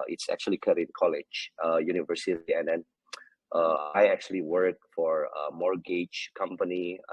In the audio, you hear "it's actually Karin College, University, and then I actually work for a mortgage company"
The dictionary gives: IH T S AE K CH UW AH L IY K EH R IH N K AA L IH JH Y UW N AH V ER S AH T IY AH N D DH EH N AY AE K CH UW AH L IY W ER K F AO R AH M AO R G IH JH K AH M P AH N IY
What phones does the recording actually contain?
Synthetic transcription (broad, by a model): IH T S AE K CH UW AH L IY K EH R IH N K AA L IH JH Y UW N AH V ER S AH T IY AH N D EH N AY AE K CH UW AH L IY W ER K F AO R AH M AO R G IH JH K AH M P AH N IY